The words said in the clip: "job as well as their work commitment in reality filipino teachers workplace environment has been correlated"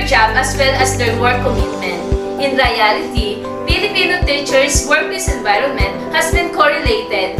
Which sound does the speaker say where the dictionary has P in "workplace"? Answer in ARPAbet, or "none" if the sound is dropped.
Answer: none